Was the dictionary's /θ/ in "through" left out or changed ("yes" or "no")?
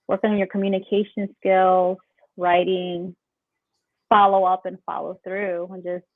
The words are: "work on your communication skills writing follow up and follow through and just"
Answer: no